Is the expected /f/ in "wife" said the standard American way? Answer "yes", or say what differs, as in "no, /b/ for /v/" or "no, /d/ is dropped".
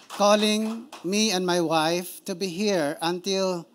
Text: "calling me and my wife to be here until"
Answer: yes